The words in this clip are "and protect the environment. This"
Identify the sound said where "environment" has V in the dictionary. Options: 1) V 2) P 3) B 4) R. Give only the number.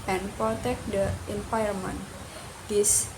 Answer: 2